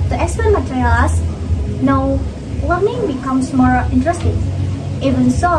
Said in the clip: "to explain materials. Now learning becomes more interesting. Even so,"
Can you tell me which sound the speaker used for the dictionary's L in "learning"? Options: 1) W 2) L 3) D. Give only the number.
1